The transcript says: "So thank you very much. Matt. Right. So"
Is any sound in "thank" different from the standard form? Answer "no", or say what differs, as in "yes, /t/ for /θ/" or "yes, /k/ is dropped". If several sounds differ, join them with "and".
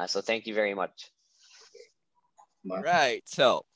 no